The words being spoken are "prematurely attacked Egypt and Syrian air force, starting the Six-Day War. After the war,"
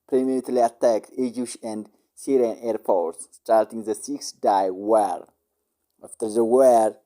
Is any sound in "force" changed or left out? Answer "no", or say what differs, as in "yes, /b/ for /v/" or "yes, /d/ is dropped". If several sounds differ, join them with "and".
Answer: yes, /p/ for /f/